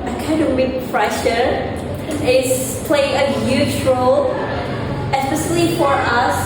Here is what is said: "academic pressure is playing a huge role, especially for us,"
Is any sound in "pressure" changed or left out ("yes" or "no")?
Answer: yes